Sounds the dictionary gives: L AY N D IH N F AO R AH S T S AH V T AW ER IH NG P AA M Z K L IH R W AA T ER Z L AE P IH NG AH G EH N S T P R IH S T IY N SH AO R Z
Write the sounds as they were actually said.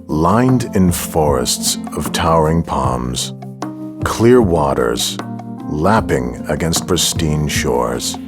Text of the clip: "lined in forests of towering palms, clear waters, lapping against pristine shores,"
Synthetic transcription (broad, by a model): L AY N D IH N F AO R AH S T S AH V T AW ER IH NG P AA M Z K L IH R W AA T ER Z L AE P IH NG AH G EH N S T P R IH S T IY N SH AO R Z